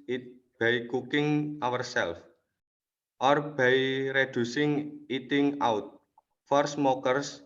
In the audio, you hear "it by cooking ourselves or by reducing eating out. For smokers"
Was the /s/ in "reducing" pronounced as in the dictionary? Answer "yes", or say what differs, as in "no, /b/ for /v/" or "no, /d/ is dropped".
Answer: yes